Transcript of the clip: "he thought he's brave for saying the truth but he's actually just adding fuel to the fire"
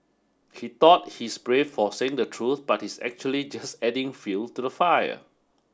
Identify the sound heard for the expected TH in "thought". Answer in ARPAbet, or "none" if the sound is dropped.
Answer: T